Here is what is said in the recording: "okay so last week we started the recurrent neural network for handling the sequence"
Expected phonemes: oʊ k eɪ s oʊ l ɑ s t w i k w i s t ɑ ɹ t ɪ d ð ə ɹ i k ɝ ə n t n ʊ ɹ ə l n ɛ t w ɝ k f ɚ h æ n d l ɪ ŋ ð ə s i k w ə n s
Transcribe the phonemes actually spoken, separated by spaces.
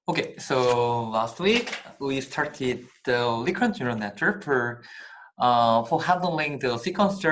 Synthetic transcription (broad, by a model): oʊ k eɪ s oʊ l ɑ s t w i k w i s t ɑ ɹ t ɪ d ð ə l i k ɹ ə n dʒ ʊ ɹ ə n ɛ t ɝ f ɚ h æ n d l ɪ ŋ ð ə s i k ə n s